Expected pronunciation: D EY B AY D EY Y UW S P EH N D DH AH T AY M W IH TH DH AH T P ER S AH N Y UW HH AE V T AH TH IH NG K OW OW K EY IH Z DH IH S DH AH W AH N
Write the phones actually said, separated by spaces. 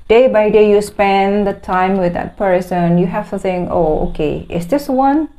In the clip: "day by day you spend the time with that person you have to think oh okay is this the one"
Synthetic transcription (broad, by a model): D EY B AY D EY Y UW S P EH N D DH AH T AY M W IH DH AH T P ER S AH N Y UW HH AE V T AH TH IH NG OW OW K EY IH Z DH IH S W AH N